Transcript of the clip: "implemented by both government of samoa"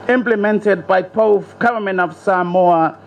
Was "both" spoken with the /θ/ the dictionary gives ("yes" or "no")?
no